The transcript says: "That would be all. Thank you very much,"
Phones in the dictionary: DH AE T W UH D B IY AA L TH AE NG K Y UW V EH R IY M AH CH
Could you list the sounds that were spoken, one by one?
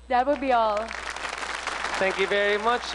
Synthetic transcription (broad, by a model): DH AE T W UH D B IY AA L T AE NG K Y UW V EH R IY M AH CH